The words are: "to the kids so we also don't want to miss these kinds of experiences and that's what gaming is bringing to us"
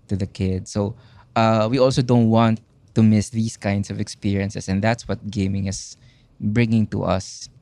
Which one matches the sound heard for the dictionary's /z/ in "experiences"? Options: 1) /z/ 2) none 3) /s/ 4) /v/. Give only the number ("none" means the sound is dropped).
3